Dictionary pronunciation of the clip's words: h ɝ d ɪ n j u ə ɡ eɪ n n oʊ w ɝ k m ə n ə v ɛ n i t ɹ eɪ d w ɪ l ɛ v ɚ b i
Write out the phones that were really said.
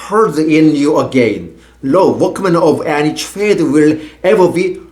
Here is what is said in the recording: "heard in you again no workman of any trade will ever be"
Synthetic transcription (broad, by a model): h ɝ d ɪ n j u ə ɡ eɪ n l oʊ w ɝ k m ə n ə v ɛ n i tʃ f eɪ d w ɪ l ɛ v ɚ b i